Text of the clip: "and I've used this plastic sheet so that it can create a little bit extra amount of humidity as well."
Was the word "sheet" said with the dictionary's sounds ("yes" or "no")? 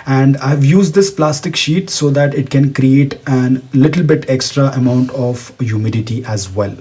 yes